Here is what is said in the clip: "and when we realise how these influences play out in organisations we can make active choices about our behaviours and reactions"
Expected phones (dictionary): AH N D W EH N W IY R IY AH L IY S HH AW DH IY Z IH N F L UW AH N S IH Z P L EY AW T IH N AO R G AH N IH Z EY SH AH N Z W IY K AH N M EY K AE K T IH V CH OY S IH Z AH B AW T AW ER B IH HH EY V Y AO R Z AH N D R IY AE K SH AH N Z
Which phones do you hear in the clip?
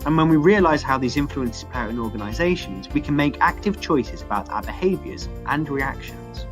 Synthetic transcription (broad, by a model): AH N W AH N W IY R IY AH L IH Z HH AW DH IY Z IH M F L UW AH N S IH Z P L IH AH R IH N AO G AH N IH Z EY SH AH N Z W IY K AH N M EY K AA K T IH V CH OY S IH Z AH B AW T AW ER B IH HH EY V Y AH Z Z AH N R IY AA K SH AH N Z